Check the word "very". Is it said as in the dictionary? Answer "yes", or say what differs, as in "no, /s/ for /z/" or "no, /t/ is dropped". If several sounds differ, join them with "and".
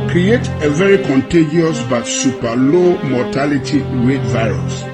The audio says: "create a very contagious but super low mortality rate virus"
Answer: yes